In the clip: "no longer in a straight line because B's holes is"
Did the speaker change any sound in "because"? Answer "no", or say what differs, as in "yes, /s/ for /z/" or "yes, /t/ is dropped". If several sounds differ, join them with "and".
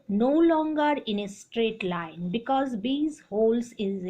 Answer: no